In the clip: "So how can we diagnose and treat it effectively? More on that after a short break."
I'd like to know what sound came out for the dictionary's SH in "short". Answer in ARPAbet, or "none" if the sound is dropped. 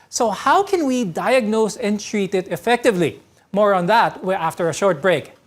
SH